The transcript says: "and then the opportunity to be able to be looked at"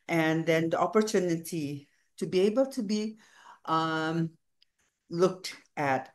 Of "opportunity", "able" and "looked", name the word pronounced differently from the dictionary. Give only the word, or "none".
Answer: none